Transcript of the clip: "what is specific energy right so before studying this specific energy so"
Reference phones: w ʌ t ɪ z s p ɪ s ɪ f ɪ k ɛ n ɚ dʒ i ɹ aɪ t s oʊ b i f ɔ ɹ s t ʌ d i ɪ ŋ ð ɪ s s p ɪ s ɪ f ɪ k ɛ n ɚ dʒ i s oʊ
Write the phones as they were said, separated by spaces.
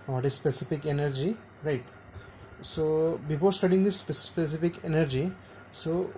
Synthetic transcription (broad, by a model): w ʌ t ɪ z s p ɪ s ɪ f ɪ k ɛ n ɚ dʒ i ɹ aɪ t s oʊ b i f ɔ l s t ʌ d i ɪ ŋ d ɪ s s p ɪ s ɪ f ɪ k ɛ n ɚ dʒ i s oʊ